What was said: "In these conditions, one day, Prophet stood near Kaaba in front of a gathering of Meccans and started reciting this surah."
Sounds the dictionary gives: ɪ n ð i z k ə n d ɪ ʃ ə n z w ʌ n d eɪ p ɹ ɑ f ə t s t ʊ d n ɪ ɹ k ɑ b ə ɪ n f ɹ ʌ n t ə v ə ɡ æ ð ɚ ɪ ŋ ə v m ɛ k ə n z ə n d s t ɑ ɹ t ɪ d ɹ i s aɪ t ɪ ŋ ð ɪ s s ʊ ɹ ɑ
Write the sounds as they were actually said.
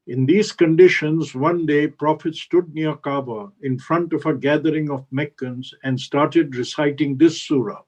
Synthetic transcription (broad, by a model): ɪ n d i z k ə n d ɪ ʃ ə n z w ʌ n d eɪ p ɹ ɑ f ə t s t ʊ d n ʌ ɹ k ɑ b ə ɪ n f ɹ ʌ n t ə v ə ɡ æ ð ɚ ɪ ŋ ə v m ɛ k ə n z ə n d s t ɑ ɹ t ɪ d ɹ i s aɪ t ɪ ŋ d ɪ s s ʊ ɹ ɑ